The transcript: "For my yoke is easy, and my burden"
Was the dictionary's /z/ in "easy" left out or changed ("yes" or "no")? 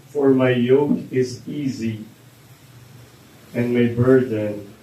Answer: no